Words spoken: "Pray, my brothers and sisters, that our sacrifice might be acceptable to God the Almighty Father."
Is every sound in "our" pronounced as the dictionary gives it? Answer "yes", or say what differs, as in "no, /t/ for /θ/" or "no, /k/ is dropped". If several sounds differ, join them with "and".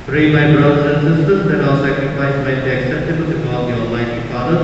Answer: no, /l/ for /ɹ/